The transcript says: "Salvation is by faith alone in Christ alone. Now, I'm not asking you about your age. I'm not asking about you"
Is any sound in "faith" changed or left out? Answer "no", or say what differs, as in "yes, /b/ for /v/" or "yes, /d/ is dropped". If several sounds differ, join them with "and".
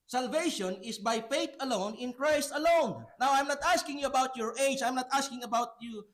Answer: yes, /t/ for /θ/